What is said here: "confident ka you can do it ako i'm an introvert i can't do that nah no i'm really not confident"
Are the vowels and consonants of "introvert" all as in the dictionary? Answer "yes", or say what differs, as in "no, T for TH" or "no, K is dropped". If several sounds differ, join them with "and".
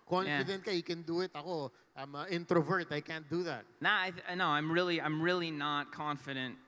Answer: yes